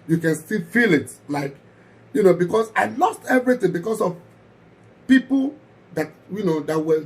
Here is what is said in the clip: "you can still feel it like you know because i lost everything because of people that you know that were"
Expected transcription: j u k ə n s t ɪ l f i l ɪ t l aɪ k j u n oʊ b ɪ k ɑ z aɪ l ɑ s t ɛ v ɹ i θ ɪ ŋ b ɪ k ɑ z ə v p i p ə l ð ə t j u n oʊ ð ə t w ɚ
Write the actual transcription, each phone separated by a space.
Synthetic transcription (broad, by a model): j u k ə n s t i f i l ɪ t l aɪ k j u n oʊ b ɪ k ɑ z aɪ l ɑ s t ɛ v ɹ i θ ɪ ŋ b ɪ k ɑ s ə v p i p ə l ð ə t j u n oʊ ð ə t w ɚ